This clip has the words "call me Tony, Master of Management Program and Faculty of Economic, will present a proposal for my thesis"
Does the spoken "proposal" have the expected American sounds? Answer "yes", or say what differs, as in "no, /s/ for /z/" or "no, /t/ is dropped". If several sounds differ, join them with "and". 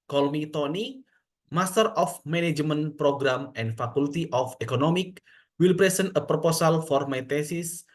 no, /s/ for /z/